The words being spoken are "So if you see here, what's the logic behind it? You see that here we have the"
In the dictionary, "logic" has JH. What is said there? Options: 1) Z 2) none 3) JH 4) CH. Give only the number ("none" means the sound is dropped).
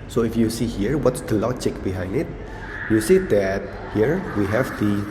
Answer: 4